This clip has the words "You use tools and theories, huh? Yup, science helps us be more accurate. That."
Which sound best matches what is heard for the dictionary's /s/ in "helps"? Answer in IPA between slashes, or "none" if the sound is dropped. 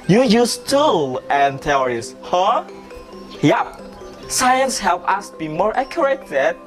none